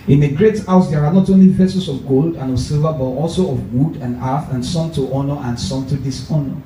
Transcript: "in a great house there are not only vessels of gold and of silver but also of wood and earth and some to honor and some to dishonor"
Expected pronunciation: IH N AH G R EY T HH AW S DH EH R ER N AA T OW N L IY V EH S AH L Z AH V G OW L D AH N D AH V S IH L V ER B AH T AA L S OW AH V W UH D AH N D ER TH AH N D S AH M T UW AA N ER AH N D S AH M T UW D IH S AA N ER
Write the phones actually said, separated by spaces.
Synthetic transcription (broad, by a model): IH N AH G R EY T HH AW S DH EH R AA N AA T OW N L IY P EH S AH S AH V G OW L D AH N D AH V S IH L V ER B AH T AA L S OW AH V W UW D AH N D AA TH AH N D S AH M T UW AA N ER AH N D S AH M T UW D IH S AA N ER